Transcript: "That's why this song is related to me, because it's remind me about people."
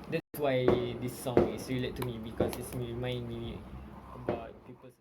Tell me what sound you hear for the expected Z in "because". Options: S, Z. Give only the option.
S